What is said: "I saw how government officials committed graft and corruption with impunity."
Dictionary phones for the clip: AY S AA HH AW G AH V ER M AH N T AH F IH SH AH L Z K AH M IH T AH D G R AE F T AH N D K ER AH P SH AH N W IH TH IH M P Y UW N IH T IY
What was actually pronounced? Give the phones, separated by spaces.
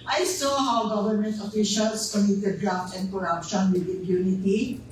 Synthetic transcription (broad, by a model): AY S AA HH AW G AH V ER M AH N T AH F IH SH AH L S K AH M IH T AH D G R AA T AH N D K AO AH P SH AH N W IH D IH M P Y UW N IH T IY